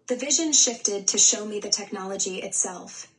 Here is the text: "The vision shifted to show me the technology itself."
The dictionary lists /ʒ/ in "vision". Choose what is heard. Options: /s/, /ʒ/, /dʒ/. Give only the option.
/ʒ/